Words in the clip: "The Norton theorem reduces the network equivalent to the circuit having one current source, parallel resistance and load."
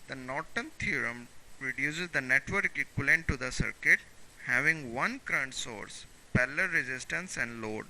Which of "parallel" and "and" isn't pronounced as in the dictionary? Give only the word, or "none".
parallel